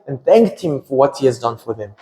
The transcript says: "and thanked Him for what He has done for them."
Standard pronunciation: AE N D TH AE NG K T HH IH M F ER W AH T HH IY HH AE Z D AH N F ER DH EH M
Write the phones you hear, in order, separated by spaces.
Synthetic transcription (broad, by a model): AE N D TH AE NG K T HH IH M F ER W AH T HH IY HH AE Z D AH N F ER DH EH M